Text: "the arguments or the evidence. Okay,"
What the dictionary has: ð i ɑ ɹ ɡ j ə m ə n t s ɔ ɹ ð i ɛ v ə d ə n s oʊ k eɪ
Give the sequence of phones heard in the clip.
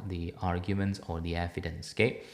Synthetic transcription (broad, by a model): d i ɑ ɹ ɡ j ə m ə n t s ɔ ɹ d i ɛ f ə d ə n s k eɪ